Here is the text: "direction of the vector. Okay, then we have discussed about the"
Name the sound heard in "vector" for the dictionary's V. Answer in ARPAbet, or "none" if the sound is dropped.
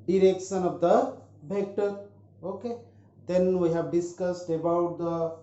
B